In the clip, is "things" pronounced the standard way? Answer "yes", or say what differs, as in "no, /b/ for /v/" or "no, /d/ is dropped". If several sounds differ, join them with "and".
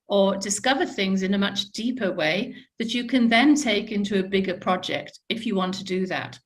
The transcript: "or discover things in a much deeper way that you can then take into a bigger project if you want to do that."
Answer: yes